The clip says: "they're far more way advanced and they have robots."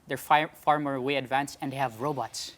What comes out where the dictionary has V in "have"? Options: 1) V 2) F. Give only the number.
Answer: 1